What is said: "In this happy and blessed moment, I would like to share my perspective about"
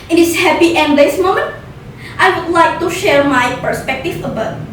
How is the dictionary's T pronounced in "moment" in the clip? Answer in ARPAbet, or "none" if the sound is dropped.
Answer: T